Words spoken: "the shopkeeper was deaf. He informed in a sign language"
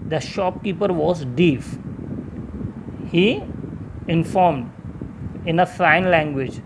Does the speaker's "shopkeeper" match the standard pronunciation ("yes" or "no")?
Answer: yes